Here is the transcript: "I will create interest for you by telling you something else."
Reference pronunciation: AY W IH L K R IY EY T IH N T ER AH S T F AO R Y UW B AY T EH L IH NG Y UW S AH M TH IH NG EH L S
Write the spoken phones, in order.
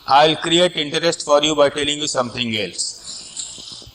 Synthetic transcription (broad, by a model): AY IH L K R IY EY T IH N T ER AH S T F AO R Y UW B AY T EH L IH NG Y UW S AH M T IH NG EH L S